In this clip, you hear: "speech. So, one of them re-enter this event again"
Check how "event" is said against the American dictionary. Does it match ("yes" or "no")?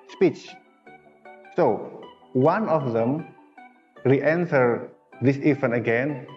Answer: no